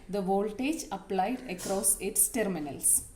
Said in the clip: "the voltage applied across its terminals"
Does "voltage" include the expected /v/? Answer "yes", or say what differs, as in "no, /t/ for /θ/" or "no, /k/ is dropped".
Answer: yes